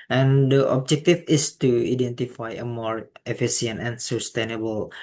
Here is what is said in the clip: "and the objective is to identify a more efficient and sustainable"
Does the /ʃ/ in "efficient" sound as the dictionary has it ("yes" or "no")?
no